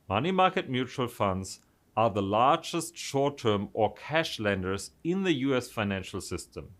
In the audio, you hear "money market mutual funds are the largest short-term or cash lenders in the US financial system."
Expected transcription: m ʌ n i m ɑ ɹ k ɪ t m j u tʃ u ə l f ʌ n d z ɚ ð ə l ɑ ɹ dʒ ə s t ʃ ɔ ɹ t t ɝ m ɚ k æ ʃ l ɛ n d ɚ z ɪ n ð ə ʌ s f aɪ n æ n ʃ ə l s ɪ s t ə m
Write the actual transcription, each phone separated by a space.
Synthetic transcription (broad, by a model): m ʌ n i m ɑ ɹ k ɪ t m j u tʃ u ə l f ʌ n d z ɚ ð ə l ɑ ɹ dʒ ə s t ʃ ɔ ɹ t t ɝ m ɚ k æ ʃ l ɛ n d ɚ z ɪ n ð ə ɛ s f aɪ n æ n ʃ ə l s ɪ s t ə m